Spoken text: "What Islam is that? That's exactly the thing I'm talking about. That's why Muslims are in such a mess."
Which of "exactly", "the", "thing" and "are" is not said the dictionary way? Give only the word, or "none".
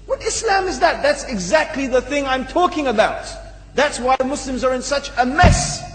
none